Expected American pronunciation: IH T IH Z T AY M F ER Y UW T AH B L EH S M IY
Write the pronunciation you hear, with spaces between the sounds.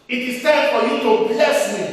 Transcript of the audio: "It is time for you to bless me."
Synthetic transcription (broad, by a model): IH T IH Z S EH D F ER Y UW T AH B L EH S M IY